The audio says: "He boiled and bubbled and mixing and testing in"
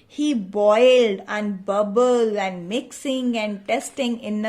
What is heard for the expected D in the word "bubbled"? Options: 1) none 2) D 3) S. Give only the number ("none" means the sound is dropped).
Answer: 1